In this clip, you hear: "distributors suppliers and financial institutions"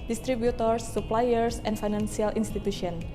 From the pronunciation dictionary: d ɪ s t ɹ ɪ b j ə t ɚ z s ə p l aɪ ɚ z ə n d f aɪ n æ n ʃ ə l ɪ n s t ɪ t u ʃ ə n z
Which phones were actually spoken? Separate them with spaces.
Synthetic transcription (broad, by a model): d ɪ s t ɹ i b j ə t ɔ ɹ s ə p l aɪ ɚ s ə n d f aɪ n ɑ n s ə l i n s t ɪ t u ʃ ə n